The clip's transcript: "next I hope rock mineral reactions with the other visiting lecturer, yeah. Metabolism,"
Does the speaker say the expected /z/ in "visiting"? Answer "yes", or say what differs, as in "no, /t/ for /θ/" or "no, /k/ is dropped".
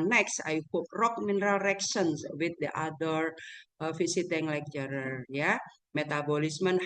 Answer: no, /s/ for /z/